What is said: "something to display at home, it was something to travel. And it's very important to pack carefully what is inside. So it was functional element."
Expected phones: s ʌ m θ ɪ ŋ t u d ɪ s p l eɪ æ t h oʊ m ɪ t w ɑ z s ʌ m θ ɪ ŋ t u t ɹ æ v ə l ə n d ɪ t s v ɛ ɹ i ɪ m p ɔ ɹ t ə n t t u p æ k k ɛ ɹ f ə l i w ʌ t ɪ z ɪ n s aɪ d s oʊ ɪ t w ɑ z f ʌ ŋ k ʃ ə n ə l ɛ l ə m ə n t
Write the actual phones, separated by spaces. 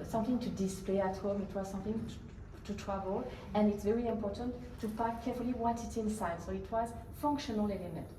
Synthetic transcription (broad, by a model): s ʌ m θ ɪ ŋ t u d ɪ s p l eɪ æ t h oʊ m ɪ t w ɑ z s ʌ m θ ɪ ŋ t u t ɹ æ v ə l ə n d ɪ t s v ɛ ɹ i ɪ m p ɔ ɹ t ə n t t u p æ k k ɛ ɹ f ə l i w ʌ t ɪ s ɪ n s aɪ d s oʊ ɪ t w ɑ z f ʌ ŋ k ʃ ə n ə l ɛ l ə m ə n t